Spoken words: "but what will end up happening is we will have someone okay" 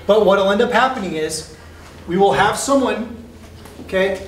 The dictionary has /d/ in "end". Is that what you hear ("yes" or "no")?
yes